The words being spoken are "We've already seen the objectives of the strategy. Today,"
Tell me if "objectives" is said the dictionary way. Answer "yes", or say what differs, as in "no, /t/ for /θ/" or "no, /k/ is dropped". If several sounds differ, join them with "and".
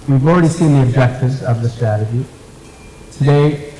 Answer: yes